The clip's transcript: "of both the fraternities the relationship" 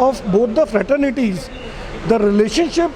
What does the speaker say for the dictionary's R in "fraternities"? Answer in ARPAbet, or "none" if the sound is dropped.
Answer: R